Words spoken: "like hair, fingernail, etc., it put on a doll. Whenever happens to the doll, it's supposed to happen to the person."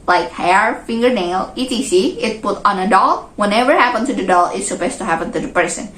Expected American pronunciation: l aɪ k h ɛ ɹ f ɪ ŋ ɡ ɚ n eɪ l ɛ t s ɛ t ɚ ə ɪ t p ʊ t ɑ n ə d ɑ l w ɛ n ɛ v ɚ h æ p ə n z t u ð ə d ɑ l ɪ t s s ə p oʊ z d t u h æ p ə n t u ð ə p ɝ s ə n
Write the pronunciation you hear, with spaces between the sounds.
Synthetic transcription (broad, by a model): l aɪ k h ɛ ɹ f ɪ ŋ ɡ ɚ n eɪ l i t i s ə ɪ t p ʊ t ɑ n ə d ɑ l w ɛ n ɛ v ɚ h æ p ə n t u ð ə d ɑ l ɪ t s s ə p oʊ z t u h æ p ə n t u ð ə p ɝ s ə n